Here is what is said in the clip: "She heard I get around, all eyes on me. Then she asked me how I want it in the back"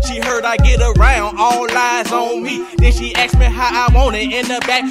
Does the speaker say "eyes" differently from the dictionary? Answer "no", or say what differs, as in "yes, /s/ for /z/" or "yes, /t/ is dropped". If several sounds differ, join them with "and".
no